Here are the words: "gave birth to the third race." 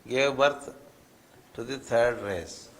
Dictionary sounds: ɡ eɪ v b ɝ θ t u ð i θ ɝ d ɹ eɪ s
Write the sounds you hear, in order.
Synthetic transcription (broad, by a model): ɡ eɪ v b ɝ t t u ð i t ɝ d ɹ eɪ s